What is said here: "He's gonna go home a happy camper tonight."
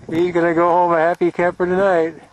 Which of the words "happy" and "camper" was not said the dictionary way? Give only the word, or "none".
camper